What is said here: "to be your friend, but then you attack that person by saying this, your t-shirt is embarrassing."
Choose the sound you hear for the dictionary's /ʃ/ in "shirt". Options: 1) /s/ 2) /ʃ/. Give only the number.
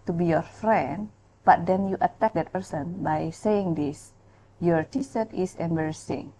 1